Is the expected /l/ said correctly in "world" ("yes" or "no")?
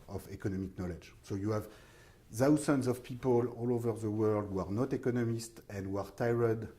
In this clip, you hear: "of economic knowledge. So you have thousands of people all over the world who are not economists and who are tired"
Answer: yes